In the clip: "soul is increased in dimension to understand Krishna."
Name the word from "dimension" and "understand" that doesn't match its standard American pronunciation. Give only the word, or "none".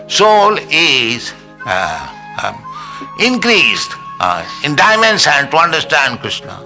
dimension